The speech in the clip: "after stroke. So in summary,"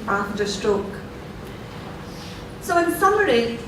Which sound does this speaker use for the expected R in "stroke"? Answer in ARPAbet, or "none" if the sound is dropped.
R